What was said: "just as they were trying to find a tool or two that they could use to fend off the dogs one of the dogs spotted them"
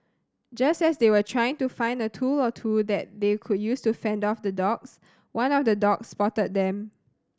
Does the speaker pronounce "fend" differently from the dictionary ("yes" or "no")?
no